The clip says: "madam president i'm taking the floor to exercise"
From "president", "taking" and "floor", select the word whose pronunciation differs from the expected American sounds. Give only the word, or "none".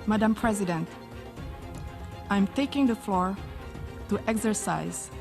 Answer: none